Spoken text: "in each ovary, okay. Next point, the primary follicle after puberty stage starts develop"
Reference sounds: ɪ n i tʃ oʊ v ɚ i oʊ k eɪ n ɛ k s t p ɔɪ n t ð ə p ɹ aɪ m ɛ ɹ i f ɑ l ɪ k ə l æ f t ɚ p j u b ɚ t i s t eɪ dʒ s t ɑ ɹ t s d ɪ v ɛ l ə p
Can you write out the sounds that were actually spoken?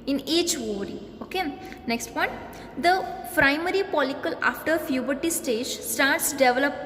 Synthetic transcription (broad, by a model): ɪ n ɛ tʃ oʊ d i oʊ k eɪ n ɛ k s t p ɔɪ n t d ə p ɹ aɪ m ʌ ɹ i p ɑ l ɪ k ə l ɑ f t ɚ f j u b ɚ t i s t eɪ dʒ s t ɑ ɹ t s d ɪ v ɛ l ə p